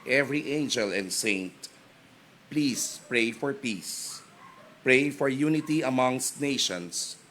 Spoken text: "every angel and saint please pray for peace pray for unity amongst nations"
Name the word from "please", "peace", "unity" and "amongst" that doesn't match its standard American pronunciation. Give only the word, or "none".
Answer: please